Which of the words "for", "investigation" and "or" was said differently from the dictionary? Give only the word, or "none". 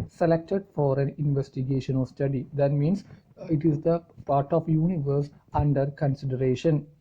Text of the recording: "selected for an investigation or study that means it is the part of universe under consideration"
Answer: or